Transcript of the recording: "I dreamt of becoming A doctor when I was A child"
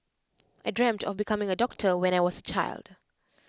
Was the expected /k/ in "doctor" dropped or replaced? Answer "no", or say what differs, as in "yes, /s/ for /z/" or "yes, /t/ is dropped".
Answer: no